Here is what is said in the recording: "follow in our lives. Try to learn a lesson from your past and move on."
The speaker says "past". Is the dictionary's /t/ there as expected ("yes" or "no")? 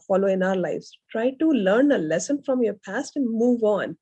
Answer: yes